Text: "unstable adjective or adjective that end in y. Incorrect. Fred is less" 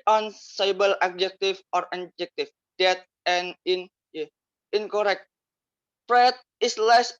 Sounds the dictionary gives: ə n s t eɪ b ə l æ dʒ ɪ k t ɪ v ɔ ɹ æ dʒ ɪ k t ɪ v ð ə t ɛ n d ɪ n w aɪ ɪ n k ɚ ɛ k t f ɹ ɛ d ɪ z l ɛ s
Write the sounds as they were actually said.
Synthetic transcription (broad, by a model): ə n s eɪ b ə l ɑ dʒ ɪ k t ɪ f ɔ ɹ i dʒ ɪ k t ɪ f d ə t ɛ n ɪ n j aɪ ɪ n k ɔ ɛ k t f ɹ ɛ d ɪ s l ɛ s